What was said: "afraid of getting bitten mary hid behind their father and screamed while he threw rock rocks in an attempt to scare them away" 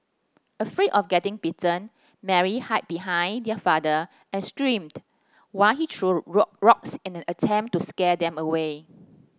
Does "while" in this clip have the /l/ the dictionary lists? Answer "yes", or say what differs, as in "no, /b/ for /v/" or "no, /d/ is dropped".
yes